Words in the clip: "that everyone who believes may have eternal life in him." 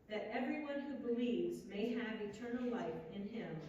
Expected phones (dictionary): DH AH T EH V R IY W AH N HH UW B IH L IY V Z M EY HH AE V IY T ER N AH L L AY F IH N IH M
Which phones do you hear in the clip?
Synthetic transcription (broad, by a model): DH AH T EH V R IY W AH N HH UW B IH L IY V Z M EY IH V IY T ER N L L AY F IH N IH M